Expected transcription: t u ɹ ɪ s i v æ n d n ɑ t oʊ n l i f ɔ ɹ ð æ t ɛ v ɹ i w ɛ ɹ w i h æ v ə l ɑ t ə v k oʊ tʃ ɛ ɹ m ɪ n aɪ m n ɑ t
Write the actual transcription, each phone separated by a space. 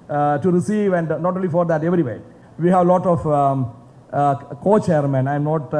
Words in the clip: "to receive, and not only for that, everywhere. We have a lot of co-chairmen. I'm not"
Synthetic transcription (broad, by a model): t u ɹ ɪ s i v æ n d n ɑ t oʊ n l i f ɔ ɹ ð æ t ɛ v ɹ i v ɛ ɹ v i h æ v l ɑ t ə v k oʊ tʃ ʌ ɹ m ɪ n aɪ m n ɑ t